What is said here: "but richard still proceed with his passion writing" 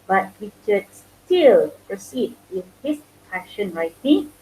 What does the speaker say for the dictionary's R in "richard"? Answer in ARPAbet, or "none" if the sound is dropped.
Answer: W